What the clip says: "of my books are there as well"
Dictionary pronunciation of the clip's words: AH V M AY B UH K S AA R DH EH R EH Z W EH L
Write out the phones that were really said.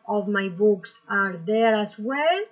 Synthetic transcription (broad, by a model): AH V M AY B UH K S AA R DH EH R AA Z W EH L